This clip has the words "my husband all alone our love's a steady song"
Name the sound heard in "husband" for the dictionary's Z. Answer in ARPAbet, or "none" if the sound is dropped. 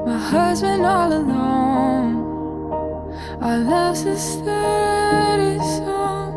Z